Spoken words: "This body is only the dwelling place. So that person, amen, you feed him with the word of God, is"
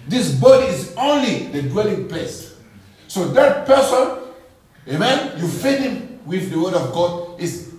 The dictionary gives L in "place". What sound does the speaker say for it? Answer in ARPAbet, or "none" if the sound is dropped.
none